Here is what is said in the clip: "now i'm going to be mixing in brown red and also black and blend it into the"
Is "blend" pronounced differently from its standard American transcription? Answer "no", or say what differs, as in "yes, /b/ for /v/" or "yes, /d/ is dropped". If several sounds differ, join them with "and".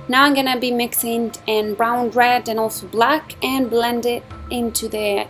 no